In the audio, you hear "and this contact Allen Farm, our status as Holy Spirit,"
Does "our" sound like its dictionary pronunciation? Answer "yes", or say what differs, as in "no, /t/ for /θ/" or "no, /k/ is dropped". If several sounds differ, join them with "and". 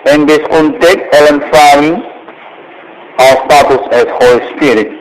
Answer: no, /l/ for /ɹ/